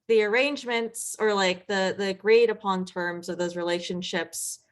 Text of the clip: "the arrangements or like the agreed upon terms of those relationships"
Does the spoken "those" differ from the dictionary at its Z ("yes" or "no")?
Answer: no